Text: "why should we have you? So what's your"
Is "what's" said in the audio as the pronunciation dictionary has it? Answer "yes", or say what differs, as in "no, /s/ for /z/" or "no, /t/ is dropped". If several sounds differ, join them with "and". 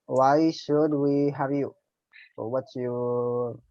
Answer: no, /s/ is dropped